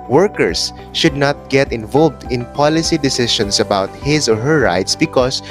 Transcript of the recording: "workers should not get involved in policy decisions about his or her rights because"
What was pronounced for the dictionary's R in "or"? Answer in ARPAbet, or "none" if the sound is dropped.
R